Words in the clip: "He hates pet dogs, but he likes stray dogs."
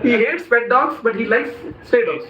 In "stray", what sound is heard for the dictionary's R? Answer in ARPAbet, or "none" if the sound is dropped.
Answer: none